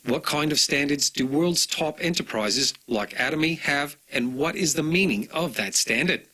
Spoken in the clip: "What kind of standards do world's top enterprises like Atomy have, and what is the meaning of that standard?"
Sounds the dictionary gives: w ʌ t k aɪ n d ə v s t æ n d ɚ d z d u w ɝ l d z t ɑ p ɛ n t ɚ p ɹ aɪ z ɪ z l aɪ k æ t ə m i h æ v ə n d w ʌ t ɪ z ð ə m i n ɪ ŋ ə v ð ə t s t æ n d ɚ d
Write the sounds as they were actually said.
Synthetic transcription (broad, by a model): w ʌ t k aɪ n d ə v s t æ n d ɚ d z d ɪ w ɝ l d z t ɑ p ɛ n t ɚ p ɹ aɪ z ɪ z l aɪ k æ t ə m i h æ v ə n w ʌ t ɪ z ð ə m i n ɪ ŋ ə v ð ə t s t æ n d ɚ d